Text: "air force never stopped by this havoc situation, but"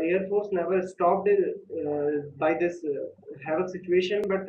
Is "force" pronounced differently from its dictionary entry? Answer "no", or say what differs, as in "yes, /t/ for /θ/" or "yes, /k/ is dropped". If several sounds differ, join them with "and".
no